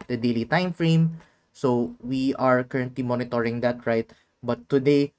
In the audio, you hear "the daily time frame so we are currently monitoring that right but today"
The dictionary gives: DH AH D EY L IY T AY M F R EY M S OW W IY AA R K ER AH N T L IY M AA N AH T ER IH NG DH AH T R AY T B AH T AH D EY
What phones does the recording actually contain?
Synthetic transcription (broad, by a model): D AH D EY L IY T AY M F R EY M S OW W IY AA R K ER AH N T L IY M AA N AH T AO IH NG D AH T R AY T B AH T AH D EY